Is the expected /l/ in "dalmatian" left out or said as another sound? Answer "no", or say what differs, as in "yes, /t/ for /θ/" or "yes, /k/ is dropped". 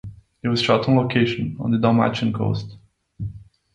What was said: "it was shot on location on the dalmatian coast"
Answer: yes, /l/ is dropped